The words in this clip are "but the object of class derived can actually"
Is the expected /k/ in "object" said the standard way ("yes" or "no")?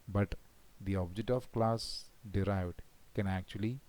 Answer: yes